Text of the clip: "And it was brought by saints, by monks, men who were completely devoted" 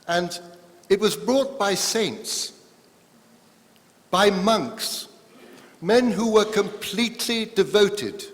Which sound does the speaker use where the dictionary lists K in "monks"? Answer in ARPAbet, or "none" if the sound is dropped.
K